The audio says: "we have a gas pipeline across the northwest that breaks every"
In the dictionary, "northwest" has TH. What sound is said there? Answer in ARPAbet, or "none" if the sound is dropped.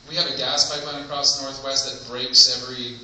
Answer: TH